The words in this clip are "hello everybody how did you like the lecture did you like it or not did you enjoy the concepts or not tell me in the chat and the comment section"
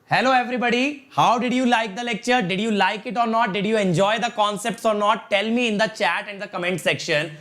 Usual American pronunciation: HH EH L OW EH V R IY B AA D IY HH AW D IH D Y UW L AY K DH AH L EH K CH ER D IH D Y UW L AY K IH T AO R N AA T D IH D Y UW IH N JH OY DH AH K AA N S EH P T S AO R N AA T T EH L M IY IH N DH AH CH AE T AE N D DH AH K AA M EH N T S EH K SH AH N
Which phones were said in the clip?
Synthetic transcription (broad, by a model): HH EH L OW EH V R IY B AA D IY HH AW D IH D Y UW L AY K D AH L EH K CH ER D IH D Y UW L AY K IH T AO R N AA T D IH D Y UW IH N JH OY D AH K AA N S EH P T S AO R N AA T T EH L M IY IH N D AH CH AE T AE N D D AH K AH M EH N T S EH K SH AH N